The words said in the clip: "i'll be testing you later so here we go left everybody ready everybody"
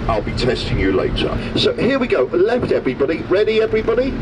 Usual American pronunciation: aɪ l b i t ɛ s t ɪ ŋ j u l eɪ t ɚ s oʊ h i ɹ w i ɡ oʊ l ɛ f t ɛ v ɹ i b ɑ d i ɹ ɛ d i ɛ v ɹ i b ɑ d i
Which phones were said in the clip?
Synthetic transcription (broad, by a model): aɪ l b i t ɛ s t ɪ ŋ j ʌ l eɪ t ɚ s oʊ h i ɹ w i ɡ oʊ l ɛ f t ɛ v ɹ i b ɑ d i ɹ ɛ d i ɛ v ɹ i b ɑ d i